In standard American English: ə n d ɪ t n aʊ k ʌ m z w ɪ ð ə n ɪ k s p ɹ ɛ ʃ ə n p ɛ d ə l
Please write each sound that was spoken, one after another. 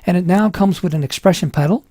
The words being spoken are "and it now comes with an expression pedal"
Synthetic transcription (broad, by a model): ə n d ɪ t n aʊ k ʌ m z w ɪ ð ə n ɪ k s p ɹ ɛ ʃ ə n p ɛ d l